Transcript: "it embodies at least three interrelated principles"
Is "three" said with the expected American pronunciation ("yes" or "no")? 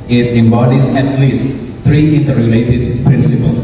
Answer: no